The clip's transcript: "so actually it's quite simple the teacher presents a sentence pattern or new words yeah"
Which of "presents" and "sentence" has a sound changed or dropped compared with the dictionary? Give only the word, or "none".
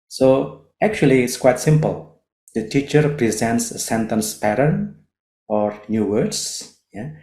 none